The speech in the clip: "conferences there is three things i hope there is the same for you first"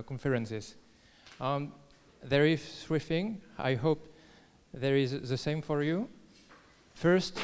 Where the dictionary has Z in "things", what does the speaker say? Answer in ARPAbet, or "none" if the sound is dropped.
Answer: none